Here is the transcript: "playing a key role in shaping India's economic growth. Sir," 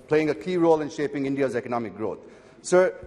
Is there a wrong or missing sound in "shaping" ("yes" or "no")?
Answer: no